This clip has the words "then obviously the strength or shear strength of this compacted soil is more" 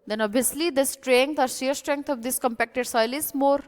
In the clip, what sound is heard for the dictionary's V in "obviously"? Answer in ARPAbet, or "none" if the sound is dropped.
none